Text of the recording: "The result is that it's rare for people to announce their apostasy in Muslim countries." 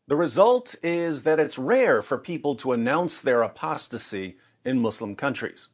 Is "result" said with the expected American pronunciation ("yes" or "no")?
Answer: yes